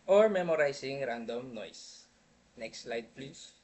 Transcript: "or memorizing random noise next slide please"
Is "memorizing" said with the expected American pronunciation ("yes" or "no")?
no